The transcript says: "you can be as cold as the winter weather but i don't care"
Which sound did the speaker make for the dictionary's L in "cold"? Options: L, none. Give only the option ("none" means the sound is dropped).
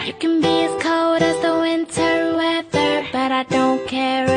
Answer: none